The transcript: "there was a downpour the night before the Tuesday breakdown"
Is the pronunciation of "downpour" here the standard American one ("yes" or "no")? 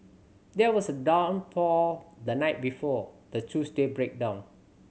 no